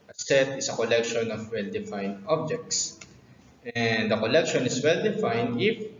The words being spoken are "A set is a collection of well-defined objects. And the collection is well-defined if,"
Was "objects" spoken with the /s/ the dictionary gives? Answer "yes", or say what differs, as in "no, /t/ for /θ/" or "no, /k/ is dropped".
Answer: yes